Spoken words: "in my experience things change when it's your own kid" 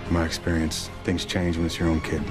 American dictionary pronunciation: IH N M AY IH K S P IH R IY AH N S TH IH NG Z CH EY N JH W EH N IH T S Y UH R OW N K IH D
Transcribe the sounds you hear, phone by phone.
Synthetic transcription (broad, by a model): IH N M AY IH K S P IH R IY AH N S TH IH NG Z CH EY N JH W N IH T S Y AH R OW N K IH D